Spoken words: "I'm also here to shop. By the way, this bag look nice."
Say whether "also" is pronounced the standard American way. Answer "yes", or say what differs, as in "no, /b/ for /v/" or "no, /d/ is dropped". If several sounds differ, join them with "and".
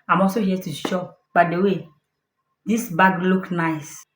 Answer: no, /l/ is dropped